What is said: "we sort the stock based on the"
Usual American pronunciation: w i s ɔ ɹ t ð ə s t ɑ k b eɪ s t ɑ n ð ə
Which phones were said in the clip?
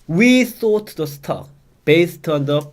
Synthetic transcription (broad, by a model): w i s ɔ t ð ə s t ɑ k b eɪ s t ɑ n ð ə